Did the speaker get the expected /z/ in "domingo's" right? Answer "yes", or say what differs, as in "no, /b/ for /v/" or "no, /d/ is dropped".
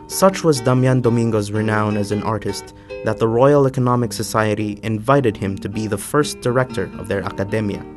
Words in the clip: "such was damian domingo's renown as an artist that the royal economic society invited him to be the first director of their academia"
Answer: yes